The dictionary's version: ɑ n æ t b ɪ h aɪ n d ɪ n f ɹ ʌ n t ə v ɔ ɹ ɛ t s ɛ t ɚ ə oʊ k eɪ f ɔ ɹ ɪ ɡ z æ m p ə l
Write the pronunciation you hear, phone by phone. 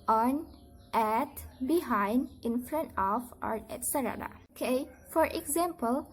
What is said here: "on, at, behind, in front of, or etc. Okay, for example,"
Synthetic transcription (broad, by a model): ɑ n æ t b ɪ h aɪ n d ɪ n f ɹ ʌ n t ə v ɔ ɹ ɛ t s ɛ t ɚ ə oʊ k eɪ f ɔ ɹ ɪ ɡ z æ m p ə l